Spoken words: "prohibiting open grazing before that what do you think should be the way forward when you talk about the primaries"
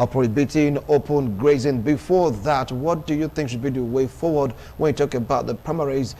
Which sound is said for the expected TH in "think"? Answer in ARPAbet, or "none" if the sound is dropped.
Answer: TH